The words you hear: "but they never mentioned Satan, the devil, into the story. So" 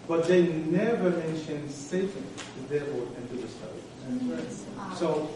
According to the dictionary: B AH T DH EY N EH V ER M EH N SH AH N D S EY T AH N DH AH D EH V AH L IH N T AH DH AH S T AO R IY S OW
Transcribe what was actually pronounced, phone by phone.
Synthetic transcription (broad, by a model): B AH T DH EY N EH V ER M EH N SH AH N D S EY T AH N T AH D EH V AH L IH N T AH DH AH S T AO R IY S OW